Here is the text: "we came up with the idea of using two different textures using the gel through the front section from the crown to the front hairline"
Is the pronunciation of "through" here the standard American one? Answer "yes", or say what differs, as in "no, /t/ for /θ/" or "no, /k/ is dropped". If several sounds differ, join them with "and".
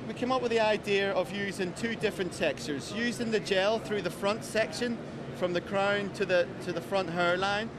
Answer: yes